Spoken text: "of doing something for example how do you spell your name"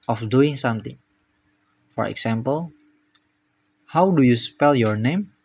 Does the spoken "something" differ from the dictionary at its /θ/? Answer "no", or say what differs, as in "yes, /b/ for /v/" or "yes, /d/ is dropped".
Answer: yes, /t/ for /θ/